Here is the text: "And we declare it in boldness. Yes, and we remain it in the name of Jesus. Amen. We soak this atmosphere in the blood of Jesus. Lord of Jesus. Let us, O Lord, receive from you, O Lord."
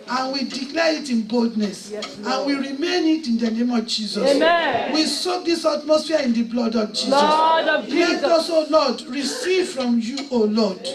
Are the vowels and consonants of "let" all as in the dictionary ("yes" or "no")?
no